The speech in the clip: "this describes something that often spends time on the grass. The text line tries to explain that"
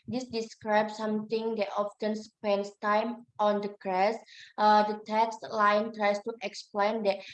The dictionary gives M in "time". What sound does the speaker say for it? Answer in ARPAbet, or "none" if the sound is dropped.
M